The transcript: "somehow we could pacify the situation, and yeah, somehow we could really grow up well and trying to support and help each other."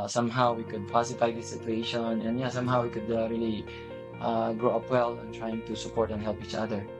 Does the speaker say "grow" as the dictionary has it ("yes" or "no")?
yes